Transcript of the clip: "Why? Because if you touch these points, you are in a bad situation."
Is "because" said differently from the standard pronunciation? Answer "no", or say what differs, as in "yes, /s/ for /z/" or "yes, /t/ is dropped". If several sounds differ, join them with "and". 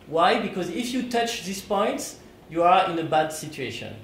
no